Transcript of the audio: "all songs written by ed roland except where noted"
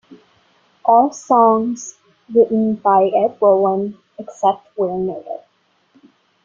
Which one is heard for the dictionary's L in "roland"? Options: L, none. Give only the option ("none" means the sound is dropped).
none